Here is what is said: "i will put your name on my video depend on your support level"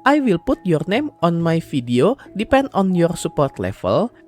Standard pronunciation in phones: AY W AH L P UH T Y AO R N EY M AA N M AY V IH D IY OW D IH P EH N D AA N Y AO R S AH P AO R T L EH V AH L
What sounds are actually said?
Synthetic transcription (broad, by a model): AY W AH L P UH T Y AO R N EY M AA N M AY F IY D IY OW D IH P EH N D AA N Y AO R S AH P AO R T L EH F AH L